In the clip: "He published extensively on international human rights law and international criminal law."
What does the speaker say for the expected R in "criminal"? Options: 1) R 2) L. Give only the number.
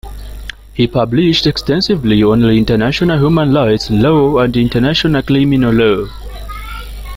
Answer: 2